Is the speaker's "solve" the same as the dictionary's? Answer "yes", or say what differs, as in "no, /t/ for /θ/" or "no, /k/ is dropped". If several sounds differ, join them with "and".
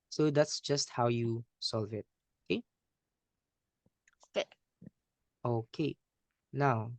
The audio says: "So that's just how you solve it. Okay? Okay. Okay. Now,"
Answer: yes